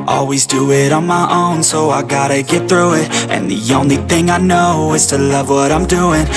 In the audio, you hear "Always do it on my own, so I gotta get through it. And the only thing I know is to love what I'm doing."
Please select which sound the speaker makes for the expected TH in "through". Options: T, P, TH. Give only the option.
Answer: TH